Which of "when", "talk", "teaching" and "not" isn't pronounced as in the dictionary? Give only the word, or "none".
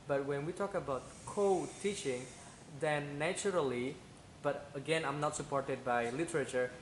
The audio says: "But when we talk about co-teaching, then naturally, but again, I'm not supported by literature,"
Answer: none